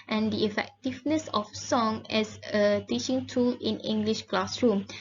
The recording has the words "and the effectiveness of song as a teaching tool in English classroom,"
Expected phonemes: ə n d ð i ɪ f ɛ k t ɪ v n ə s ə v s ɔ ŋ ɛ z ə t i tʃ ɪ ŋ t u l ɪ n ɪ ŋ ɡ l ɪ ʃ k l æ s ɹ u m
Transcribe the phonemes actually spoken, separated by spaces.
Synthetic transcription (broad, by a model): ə n d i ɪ f ɛ k t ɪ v n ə s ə f s ɔ ŋ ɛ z ə t i tʃ ɪ ŋ t u l ɪ n ɪ ŋ ɡ l ɪ ʃ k l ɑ s ɹ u m